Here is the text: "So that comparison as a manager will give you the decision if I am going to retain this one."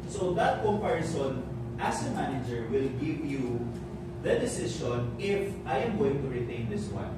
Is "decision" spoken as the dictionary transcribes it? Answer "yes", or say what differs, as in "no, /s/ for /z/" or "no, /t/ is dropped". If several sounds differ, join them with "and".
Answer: no, /ʃ/ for /ʒ/